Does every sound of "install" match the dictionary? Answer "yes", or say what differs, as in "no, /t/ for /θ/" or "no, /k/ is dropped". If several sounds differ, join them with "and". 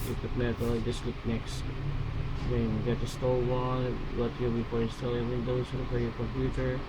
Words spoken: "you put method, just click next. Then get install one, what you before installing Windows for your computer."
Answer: no, /n/ is dropped